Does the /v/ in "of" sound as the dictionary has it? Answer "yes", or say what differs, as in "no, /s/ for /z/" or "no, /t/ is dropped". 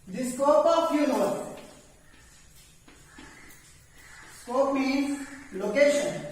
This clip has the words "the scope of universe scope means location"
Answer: no, /p/ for /v/